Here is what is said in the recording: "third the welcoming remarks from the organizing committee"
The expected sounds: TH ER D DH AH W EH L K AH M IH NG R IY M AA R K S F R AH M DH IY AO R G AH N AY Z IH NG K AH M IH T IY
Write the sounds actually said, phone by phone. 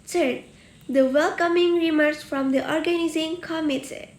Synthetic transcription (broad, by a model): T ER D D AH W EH L K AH M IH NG R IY M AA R S F R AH M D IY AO R G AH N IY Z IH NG K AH M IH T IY